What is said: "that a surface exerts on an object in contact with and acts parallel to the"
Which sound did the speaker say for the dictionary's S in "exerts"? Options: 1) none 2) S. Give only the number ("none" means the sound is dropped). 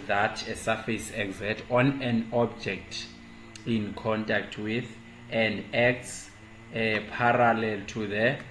1